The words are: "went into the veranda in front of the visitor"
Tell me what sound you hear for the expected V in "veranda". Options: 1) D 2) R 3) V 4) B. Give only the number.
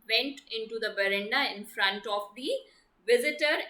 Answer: 4